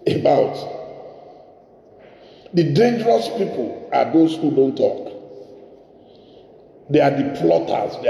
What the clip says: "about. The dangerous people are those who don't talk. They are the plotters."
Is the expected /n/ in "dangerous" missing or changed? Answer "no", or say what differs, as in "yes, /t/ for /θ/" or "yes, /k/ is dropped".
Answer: no